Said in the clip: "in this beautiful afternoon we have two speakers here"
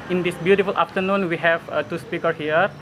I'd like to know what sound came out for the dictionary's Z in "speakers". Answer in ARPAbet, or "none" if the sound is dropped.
none